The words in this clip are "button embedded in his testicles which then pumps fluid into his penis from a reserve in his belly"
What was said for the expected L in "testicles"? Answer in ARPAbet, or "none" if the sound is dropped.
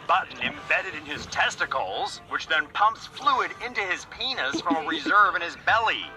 L